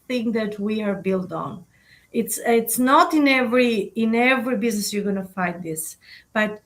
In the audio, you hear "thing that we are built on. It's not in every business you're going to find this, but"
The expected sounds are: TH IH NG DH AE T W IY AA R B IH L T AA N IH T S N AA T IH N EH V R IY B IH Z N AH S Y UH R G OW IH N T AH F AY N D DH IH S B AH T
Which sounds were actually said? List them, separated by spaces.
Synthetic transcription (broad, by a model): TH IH NG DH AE T W IY AA R B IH L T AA N IH T S N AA T IH N EH V R IY B IH Z N AH S Y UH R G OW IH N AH F AY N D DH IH S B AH T